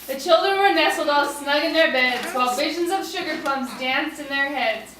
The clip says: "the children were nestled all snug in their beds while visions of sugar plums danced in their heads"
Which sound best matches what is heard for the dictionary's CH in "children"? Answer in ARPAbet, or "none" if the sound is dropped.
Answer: CH